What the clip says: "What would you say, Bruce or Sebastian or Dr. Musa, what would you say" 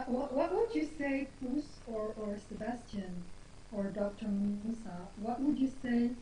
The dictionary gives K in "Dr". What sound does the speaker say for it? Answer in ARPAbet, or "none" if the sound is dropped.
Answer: K